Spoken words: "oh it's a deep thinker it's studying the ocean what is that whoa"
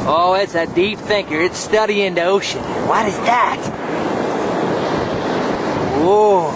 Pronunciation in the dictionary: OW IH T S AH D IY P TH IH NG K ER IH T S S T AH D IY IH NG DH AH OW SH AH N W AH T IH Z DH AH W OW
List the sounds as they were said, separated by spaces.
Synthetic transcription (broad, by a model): OW IH T S AH D IY P TH IH NG K ER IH T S S T AH D IY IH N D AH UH SH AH N W AH T IH Z DH AH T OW